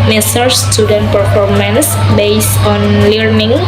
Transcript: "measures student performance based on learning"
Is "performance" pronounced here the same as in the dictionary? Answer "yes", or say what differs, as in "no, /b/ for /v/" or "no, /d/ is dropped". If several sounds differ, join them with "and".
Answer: yes